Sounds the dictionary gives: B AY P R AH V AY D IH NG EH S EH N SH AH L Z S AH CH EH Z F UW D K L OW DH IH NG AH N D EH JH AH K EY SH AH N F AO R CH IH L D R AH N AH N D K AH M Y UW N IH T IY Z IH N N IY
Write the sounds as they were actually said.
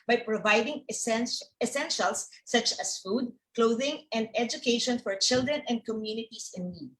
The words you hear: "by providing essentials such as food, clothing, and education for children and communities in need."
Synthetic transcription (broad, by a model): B AY P R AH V AY D IH NG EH S EH N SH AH L S AH CH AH S F UW D K L OW DH IH NG AH N D EH JH AH K EY SH AH N F AO R CH IH L D R AH N AH N D K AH M Y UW N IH T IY S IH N N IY